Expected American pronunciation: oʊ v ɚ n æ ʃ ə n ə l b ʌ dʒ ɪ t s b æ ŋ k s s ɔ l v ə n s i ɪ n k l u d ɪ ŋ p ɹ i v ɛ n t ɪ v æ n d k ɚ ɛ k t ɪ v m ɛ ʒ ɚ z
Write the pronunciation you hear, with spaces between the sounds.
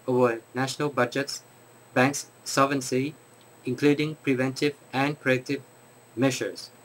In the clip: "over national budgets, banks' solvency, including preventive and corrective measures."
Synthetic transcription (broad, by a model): oʊ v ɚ n æ ʃ ə n ə l b ʌ dʒ ɪ t s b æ ŋ k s s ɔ v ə n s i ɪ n k l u d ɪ ŋ p ɹ i v ɛ n t ɪ v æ n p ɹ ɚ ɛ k t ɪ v m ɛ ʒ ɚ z